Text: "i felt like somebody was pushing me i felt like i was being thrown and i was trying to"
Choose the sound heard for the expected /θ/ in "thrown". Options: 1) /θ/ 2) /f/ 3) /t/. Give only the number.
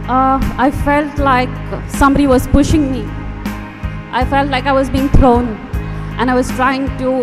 3